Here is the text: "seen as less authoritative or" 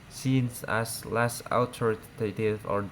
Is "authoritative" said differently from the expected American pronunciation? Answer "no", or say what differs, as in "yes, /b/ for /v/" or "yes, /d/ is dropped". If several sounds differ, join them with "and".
yes, /t/ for /θ/